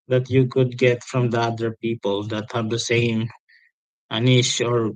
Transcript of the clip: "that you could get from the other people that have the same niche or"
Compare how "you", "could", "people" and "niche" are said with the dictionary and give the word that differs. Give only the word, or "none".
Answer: niche